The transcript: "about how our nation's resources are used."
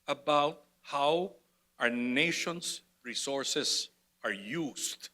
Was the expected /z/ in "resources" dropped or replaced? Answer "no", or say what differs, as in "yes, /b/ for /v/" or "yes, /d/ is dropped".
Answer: yes, /s/ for /z/